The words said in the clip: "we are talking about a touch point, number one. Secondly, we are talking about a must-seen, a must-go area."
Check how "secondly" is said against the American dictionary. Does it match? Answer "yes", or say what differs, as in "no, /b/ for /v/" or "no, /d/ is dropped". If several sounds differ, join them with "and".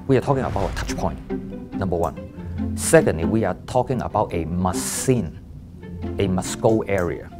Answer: yes